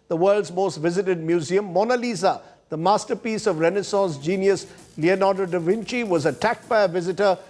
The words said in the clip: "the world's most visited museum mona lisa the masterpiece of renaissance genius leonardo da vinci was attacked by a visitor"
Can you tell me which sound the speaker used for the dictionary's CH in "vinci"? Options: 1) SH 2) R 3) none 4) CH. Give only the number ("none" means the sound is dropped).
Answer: 4